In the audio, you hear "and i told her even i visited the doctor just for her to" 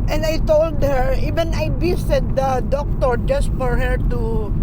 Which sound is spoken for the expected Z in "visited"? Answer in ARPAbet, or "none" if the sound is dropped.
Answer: S